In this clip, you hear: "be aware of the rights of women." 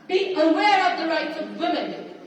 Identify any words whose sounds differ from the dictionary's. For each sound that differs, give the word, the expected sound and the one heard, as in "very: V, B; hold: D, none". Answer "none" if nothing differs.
none